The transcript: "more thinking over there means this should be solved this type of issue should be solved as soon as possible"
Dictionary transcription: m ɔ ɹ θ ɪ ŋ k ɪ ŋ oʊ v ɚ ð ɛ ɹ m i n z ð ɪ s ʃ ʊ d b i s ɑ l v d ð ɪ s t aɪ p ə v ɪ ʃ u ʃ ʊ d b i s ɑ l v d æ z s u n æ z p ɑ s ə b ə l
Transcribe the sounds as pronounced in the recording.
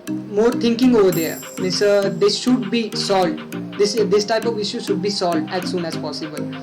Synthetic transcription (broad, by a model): m ɔ ɹ t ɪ ŋ k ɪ ŋ oʊ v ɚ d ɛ ɹ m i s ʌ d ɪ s ʃ ʊ d b i s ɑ l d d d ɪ s t aɪ p ə v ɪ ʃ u ʃ ʊ d b i s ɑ l d æ z s u n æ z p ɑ s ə b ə l